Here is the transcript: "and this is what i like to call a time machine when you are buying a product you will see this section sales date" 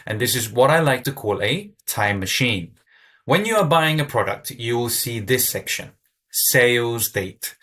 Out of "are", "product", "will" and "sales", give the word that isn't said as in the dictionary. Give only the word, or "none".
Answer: none